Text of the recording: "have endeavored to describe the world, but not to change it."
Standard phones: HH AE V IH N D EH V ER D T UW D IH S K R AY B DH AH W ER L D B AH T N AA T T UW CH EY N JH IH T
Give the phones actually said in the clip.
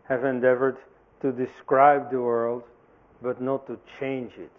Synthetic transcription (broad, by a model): HH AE V IH N D EH V ER D T UW D IH S K R AY B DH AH W ER L D B AH T N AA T T UW CH EY N JH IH T